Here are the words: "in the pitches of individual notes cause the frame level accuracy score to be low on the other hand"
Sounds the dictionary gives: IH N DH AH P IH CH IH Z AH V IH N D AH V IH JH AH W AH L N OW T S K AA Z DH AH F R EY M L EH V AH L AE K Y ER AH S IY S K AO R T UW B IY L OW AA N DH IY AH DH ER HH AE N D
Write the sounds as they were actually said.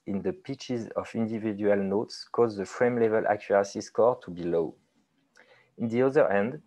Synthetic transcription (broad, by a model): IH N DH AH P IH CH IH Z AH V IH N D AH V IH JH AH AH L N OW T S K AA Z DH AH F R EY M L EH V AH L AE K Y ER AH S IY S K AO R T UW B IY L OW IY N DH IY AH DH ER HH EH N D